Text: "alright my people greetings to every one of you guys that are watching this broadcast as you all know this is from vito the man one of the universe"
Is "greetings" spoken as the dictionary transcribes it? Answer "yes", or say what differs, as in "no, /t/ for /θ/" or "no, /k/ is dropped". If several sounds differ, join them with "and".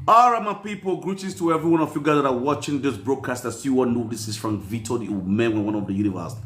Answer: no, /ŋ/ is dropped